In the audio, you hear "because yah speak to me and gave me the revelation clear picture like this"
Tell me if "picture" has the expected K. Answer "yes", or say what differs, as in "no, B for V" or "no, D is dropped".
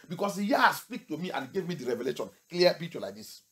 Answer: no, K is dropped